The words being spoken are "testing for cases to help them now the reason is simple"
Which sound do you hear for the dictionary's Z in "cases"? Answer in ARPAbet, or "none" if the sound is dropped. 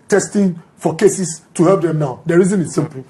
S